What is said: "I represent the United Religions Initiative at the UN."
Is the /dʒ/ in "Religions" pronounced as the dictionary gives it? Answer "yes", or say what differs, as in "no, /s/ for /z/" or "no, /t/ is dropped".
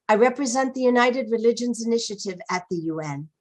yes